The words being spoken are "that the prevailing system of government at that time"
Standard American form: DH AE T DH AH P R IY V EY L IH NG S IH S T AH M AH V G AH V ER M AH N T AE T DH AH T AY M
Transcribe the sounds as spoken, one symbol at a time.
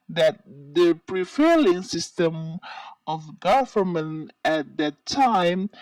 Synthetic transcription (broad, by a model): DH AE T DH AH P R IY F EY L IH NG S IH S T AH M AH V G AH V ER M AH N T AE T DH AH T AY M